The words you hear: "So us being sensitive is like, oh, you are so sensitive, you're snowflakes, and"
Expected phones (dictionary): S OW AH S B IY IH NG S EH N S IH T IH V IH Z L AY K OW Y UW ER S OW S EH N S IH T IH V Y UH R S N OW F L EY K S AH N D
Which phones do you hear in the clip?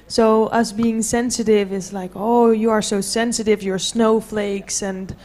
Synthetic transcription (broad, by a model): S OW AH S B IY IH NG S EH N S IH T IH V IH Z L AY K OW Y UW ER S OW S EH N S IH T IH V Y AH R S N OW F L EY K S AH N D